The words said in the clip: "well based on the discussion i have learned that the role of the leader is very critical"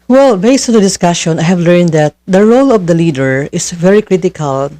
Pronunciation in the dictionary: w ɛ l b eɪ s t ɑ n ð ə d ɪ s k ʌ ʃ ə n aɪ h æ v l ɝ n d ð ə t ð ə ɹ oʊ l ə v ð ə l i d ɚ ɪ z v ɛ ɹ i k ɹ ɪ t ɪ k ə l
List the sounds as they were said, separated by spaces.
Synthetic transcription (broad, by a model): w ɛ l b eɪ s t ɑ n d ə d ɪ s k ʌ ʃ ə n aɪ h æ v l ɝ n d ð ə t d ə ɹ oʊ l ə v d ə l i d ɚ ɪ s v ɛ ɹ i k ɹ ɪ t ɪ k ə l